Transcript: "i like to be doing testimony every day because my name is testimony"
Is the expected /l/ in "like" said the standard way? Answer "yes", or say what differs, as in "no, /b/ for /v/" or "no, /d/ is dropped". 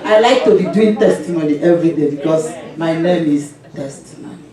yes